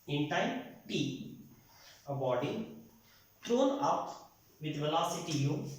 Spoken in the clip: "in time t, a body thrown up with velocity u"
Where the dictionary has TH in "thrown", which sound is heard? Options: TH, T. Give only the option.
T